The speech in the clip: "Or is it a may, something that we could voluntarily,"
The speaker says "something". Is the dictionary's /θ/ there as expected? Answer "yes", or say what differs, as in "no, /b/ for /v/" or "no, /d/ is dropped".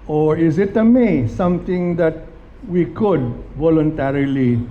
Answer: no, /t/ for /θ/